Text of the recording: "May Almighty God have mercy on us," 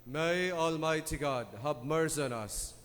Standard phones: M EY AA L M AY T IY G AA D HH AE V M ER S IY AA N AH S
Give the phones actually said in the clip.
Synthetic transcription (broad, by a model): M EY AA L M AY T IY G AA D HH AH B M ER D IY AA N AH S